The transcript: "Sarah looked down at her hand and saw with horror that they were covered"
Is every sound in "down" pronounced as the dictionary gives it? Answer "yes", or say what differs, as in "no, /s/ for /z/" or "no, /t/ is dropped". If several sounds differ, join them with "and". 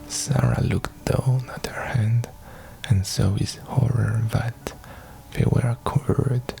yes